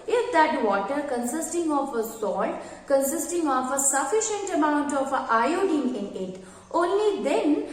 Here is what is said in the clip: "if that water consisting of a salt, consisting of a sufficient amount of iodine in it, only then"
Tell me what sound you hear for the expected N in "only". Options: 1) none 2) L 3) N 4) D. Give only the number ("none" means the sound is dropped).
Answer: 3